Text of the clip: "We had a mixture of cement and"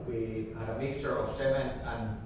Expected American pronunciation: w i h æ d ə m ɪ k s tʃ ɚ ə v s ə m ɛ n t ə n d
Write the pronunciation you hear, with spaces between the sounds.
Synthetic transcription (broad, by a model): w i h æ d ə m ɪ k s tʃ ɚ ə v s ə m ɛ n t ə n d